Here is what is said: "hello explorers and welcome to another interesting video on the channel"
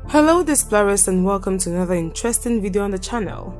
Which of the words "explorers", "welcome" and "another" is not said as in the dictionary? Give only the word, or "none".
explorers